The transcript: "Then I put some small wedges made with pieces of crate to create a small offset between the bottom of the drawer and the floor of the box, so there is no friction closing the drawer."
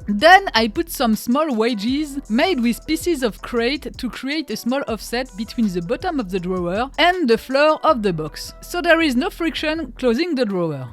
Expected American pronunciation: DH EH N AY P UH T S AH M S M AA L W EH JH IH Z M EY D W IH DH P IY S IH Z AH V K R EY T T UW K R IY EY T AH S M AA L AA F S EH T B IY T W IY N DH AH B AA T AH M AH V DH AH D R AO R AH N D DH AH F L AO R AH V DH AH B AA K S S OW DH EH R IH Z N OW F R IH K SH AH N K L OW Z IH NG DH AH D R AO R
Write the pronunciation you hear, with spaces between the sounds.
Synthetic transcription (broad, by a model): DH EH N AY P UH T S AH M S M AA L W EH JH IH Z M EY D W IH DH P IY S IH Z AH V K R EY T T UW K R IY EY T AH S M AA L AA F S EH T B IY T W IY N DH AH B AA T AH M AH V DH AH D R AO R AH N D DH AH F L AO R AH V DH AH B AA K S S OW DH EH R IH Z N OW F R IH K SH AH N K L OW Z IH NG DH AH D R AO R